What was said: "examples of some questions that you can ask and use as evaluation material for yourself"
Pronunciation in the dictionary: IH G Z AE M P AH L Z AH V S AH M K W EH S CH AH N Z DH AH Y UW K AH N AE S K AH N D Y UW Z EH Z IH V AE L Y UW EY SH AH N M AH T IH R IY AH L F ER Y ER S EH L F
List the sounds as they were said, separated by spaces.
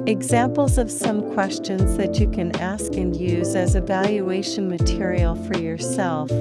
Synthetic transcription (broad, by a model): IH G Z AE M P L Z AH V S AH M K W EH S CH AH N Z DH AH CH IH K AH N AE S K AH N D Y UW Z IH Z IH V AE L Y UW EY SH AH N M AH T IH R IY L F ER Y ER S EH L F